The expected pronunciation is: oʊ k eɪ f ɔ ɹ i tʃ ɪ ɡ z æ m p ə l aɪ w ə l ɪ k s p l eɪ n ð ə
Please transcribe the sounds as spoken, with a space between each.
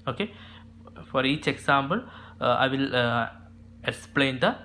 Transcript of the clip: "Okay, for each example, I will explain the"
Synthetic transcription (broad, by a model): oʊ k eɪ f ɔ ɹ i tʃ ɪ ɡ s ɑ m b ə l aɪ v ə l ɪ k s p l eɪ n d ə